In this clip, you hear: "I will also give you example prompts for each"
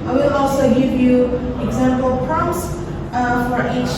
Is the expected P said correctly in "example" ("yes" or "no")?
yes